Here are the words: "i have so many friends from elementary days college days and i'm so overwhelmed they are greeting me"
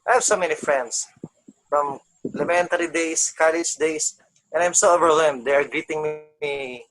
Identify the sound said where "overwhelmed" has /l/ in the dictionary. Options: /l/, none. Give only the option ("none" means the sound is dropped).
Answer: none